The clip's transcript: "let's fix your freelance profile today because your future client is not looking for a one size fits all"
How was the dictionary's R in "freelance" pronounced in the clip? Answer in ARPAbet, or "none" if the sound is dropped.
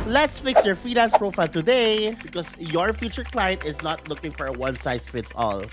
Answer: none